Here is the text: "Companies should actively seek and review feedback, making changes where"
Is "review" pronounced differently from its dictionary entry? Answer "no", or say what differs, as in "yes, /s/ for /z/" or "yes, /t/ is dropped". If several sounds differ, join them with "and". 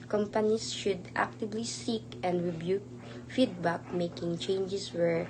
yes, /b/ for /v/